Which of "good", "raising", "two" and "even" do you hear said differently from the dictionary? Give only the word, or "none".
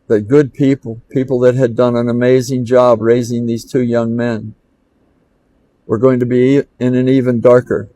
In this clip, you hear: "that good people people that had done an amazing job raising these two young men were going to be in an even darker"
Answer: none